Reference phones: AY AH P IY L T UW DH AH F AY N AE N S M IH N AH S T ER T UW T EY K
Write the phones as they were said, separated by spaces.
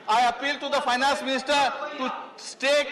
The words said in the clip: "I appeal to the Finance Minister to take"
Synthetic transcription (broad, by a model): AY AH P IY L T UW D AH F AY N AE N S M IH N AH S T ER T UW T EY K